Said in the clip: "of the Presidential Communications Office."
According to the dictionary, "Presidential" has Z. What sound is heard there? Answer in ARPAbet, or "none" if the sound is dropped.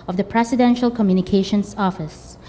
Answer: S